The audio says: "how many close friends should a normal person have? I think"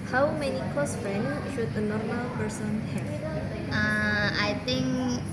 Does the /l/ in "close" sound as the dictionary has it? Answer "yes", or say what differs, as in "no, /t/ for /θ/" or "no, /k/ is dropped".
no, /l/ is dropped